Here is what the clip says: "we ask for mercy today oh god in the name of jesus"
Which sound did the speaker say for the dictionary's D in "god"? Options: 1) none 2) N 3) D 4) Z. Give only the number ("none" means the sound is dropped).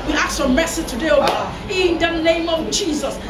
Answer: 1